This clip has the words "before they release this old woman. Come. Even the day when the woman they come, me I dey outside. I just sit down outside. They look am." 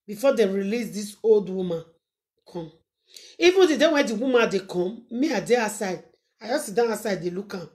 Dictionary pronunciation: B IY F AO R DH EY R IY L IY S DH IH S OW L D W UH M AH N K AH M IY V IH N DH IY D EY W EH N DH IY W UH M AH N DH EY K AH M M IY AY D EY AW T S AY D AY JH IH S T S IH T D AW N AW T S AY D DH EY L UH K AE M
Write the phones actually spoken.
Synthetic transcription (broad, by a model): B IY F AO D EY R IY L IY S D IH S OW L D W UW M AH N K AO M IY V IH N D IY D EY W EH N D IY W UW M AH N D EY K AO M M IY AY D EY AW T S AY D AY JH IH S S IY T D AW N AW S AY D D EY L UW K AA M